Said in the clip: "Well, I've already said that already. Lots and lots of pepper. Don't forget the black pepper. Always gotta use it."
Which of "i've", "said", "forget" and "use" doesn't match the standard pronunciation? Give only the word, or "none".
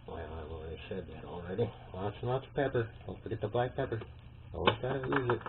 i've